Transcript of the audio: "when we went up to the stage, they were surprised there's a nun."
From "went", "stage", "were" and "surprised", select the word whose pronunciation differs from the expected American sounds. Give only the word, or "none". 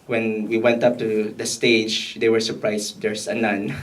surprised